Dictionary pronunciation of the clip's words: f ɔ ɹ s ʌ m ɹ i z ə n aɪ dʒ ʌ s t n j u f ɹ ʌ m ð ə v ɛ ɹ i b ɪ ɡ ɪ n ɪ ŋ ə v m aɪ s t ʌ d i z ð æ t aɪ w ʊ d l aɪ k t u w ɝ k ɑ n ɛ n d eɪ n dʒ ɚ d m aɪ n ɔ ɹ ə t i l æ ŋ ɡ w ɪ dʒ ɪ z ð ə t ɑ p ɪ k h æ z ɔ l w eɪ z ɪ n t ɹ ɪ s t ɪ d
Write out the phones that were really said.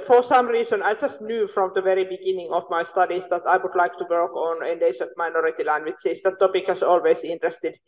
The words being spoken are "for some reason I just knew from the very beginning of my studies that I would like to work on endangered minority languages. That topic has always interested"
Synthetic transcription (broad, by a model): f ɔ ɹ s ʌ m ɹ i s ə n aɪ dʒ ʌ s t n j u f ɹ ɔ m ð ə v ɛ ɹ i b ɪ ɡ ɪ n ɪ ŋ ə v m aɪ s t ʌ d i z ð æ t aɪ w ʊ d l aɪ k t u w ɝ k ɑ n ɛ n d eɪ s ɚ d m aɪ n ɔ ɹ ə t i l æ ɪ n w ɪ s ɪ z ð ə t ɑ p ɪ k h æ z ɔ l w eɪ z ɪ n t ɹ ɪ s t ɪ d